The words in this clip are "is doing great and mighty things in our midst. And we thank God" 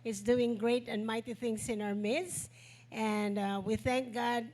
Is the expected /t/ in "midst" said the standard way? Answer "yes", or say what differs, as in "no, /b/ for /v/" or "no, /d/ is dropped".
yes